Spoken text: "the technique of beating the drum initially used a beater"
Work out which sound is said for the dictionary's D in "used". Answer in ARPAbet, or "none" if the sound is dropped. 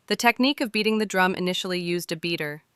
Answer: D